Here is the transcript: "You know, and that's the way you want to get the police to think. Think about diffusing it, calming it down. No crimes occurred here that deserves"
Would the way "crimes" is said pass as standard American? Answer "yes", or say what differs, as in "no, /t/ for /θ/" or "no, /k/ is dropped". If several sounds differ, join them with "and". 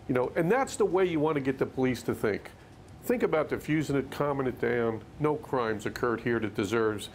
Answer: yes